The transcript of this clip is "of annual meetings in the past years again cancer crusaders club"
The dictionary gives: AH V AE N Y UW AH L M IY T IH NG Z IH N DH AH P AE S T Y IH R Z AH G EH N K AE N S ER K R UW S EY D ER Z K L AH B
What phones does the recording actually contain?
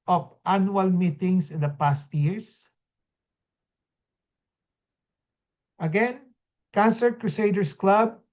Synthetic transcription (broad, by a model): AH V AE N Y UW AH L M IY T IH NG S IH N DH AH P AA S T Y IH R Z AH G EH N K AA N S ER K R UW S EY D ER S K L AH B